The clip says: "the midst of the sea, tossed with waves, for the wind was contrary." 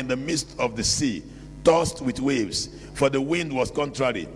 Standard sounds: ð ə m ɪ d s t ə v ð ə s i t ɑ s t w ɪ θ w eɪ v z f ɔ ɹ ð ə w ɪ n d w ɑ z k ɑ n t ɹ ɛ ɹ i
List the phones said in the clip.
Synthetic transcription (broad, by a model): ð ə m ɪ d s t ə v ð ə s i t ɑ s t w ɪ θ w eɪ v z f ɔ ɹ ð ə w ɪ n d w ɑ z k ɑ n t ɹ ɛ ɹ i